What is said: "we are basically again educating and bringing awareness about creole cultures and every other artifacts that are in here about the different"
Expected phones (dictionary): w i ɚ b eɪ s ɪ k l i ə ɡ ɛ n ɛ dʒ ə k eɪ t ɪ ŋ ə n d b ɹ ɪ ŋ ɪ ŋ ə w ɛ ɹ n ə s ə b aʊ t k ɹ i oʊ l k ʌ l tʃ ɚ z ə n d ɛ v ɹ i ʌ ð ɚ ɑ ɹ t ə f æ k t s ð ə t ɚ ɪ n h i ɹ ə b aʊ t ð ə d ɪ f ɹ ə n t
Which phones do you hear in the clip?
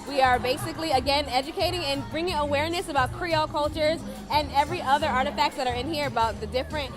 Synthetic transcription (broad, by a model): w i ɚ b eɪ s ɪ k l i ə ɡ ɛ n ɛ dʒ ə k eɪ t ɪ ŋ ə n b ɹ ɪ ŋ ɪ ŋ ə w ɛ ɹ n ə s ə b aʊ t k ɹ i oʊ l k ʌ l tʃ ɚ z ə n ɛ v ɹ i ʌ ð ɚ ɑ ɹ t ə f æ k t s ð ə t ɚ ɪ n h i ɹ ə b aʊ t ð ə d ɪ f ɹ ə n t